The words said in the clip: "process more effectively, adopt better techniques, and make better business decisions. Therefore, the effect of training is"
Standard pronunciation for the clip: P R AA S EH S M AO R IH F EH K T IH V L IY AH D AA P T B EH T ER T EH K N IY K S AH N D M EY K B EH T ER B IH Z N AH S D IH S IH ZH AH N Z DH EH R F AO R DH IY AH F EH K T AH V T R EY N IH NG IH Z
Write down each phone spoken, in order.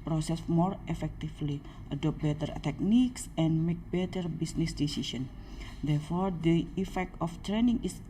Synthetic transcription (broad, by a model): P R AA S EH S M AO R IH F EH K T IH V L IY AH D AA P B EH T ER T EH K N IY K S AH N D M EY K B EH T ER B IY S N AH S D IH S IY S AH N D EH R F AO R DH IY AH F EH K T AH F T R EY N IH NG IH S